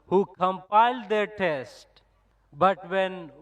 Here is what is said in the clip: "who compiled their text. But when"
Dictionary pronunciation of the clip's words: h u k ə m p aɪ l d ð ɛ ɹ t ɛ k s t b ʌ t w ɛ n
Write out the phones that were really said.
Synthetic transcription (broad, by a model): h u k ə m p aɪ l d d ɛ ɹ t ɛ s t b ʌ t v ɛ n